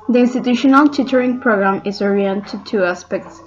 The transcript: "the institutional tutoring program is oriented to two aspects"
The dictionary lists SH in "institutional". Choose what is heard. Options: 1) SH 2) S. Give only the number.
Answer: 1